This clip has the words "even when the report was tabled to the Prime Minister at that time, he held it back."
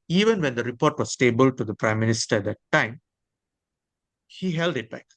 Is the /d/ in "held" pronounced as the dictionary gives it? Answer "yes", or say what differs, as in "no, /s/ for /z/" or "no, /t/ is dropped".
yes